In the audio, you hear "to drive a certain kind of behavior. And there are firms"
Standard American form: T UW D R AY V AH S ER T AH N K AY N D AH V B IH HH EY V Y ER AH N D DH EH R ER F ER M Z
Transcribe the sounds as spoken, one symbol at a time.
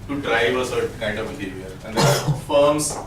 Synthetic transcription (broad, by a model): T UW D R AY V AH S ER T K AY N D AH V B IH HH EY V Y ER AH N D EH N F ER M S